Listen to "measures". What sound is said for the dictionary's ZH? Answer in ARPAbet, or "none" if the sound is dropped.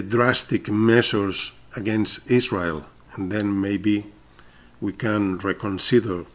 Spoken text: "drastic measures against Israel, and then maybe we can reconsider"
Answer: S